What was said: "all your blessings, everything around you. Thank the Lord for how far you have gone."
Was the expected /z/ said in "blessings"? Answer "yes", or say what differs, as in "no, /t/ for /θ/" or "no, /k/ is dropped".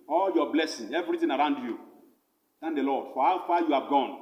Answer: no, /z/ is dropped